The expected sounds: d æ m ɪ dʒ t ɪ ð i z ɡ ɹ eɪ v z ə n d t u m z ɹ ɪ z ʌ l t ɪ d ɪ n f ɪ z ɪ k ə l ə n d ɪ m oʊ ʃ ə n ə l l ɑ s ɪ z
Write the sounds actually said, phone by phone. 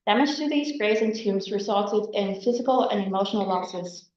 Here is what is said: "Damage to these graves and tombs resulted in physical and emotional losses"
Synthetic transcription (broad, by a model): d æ m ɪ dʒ t ɪ ð i z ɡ ɹ eɪ z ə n t u m z ɹ ɪ z ʌ l t ɪ d ɪ n f ɪ z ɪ k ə l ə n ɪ m oʊ ʃ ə n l l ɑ s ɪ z